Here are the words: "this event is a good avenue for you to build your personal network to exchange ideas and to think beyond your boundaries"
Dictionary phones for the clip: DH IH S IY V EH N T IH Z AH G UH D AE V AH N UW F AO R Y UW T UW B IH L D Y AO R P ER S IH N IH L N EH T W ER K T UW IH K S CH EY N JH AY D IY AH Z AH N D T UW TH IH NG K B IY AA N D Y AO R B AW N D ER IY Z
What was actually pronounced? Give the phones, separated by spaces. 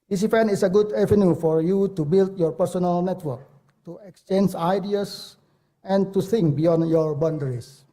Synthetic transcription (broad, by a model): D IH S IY F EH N IH S AH G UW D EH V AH N UW F AO R Y UW T UW B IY L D Y AO R P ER S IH N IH L N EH T W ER K T UW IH K S CH EY N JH AY D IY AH S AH N T UW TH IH NG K B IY AA N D Y AO R B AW N D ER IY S